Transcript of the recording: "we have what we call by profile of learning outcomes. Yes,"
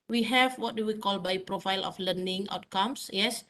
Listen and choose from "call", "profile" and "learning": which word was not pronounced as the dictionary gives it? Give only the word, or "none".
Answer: none